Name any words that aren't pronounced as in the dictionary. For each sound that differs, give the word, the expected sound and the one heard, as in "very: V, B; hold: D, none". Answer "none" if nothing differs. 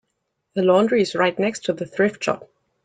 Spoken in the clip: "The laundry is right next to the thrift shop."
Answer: none